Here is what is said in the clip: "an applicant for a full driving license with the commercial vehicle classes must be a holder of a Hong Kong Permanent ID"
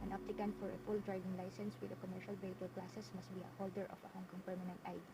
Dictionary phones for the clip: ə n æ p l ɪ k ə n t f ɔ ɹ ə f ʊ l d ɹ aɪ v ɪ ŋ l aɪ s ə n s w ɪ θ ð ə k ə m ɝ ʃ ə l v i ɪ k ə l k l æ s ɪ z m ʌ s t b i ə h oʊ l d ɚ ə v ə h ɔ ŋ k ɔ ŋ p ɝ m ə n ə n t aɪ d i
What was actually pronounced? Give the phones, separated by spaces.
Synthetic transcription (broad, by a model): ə n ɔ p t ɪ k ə n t f ɔ ɹ ə f ʊ l d ɹ aɪ v ɪ ŋ l aɪ s ə n s w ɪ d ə k ə m ɝ ʃ ə l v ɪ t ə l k l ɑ s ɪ s m ʌ s t b i ə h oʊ l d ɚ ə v ə h ɔ ŋ k ɔ ŋ p ɝ m ə n ə n t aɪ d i